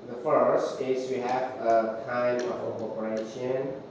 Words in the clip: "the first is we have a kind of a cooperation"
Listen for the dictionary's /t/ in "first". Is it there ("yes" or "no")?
yes